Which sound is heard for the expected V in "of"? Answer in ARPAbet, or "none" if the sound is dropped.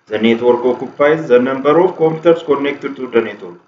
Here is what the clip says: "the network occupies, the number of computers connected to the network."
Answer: F